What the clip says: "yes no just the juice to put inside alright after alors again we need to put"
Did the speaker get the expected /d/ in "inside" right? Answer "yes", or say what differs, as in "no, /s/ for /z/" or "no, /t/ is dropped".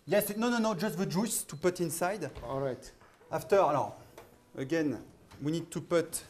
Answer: yes